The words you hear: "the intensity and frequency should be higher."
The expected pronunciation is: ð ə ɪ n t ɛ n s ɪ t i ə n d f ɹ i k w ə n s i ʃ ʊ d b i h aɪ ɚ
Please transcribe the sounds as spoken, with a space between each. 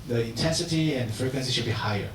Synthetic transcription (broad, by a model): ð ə ɪ n t ɛ n s ɪ t i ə n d f ɹ i k w ə n s i ʃ ʊ d b i h aɪ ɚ